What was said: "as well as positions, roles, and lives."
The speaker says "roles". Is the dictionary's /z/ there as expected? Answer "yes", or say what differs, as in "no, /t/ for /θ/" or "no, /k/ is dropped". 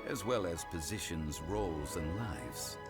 yes